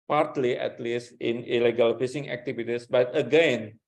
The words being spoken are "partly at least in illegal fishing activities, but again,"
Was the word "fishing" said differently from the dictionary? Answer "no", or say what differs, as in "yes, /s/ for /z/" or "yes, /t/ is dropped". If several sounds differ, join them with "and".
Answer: yes, /s/ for /ʃ/